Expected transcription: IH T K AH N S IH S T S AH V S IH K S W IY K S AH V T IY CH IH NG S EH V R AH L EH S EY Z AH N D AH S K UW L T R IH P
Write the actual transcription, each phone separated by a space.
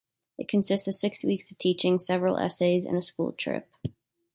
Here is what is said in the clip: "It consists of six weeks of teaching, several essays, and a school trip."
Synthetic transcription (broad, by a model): IH T K AH N S IH S T S AH V S IH K S W IY K S AH V T IY CH IH NG S EH V R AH L EH S EY Z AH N AH S K UW L T R IH P